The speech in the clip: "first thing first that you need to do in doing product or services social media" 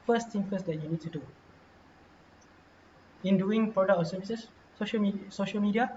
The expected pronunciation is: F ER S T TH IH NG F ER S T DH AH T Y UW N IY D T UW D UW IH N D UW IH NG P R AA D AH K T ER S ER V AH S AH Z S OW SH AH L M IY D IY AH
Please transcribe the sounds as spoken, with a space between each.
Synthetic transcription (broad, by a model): F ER S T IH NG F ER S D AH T Y UW N IY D T UW D UW IH N D UW IH NG P R AA D AH K T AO S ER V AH S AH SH S OW SH AH L M IY D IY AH